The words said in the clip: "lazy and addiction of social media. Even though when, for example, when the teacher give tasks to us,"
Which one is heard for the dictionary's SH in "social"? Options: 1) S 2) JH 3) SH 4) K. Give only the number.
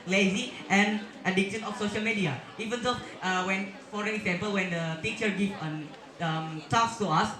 3